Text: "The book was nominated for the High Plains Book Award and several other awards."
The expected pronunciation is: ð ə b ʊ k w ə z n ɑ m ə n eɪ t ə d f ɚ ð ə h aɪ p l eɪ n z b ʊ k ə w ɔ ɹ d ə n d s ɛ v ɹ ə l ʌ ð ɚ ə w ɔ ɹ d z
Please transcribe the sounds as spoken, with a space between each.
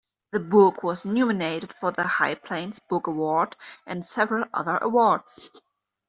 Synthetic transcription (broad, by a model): ð ə b ʊ k w ə z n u m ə n eɪ t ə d f ɚ ð ə h aɪ p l eɪ n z b ʊ k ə w ɔ ɹ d ə n d s ɛ v ɹ ə l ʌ ð ɚ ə w ɔ ɹ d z